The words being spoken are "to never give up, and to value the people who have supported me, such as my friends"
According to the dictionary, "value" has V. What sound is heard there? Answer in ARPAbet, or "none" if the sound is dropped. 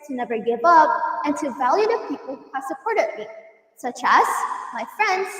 V